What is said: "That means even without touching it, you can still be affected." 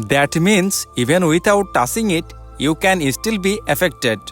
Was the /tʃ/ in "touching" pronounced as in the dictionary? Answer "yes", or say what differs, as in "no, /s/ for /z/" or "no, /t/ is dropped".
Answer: no, /s/ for /tʃ/